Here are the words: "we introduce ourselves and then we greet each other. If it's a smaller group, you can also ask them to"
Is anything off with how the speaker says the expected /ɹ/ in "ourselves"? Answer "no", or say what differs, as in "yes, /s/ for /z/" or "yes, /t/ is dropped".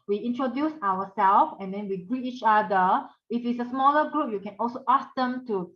yes, /w/ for /ɹ/